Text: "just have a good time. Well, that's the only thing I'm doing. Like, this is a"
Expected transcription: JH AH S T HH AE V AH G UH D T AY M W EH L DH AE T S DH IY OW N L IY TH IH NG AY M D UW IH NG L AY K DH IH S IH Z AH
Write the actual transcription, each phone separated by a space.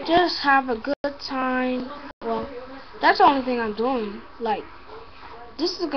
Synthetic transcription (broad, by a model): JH AH S T HH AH V AH G UH D T AY M W EH L DH AE T S DH IY OW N L IY TH IH NG AY M D UW IH NG L AY K DH IH S IH Z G